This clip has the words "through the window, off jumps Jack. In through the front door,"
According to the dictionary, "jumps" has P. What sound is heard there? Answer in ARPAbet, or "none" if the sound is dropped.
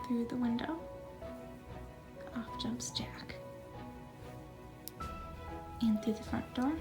P